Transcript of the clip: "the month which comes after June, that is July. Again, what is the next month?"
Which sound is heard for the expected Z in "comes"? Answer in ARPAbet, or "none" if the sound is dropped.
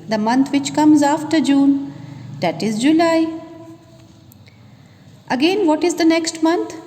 Z